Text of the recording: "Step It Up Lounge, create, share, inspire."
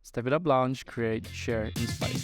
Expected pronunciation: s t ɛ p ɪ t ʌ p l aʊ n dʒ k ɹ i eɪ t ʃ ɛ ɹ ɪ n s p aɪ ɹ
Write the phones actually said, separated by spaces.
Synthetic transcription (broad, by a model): s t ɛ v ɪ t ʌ b l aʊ n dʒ k ɹ i eɪ t ʃ ɛ ɹ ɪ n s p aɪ